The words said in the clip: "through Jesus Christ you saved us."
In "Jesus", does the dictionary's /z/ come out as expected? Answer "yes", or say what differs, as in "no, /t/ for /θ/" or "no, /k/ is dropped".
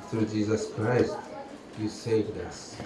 yes